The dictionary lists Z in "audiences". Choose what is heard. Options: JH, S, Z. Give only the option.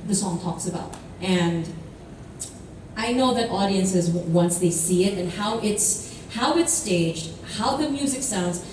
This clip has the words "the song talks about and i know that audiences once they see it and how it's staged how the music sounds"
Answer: Z